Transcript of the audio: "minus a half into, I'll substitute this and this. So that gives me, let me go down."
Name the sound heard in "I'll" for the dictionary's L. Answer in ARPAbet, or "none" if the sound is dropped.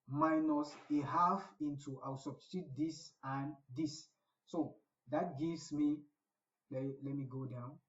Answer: W